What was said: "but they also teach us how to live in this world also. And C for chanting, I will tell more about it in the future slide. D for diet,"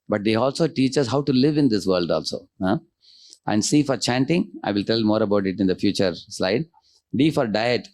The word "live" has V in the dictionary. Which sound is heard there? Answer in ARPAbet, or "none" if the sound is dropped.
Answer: V